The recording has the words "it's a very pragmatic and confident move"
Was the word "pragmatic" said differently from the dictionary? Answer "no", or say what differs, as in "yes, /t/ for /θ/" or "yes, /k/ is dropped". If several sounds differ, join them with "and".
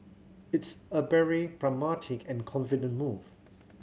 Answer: yes, /b/ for /p/